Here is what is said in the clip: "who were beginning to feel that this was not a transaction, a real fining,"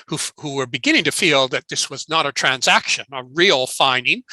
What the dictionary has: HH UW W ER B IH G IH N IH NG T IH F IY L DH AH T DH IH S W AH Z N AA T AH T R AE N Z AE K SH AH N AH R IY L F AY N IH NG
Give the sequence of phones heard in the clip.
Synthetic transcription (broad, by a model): HH UW W ER B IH G IH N IH NG T IH F IY L DH AH T DH IH S W AH Z N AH T AH T R AE N Z AE K SH AH N AH R IY L F AY N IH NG